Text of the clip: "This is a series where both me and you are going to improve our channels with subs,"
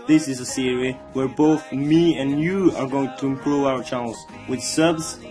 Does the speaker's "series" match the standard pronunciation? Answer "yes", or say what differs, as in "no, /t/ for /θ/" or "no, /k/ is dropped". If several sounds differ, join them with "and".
no, /z/ is dropped